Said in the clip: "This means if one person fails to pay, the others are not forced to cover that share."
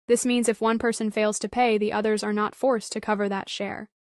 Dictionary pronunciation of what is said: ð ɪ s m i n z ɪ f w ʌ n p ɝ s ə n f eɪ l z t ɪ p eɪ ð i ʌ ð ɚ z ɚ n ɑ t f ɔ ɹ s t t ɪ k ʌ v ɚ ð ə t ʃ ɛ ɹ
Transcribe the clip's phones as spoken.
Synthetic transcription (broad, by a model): ð ɪ s m i n z ɪ f w ʌ n p ɝ s ə n f eɪ l z t ɪ p eɪ ð i ʌ ð ɚ z ɚ n ɑ t f ɔ ɹ s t t ɪ k ʌ v ɚ ð ə t ʃ ɛ ɹ